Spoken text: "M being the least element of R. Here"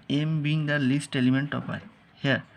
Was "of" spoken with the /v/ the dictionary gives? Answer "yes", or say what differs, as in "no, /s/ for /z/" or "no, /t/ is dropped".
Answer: no, /p/ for /v/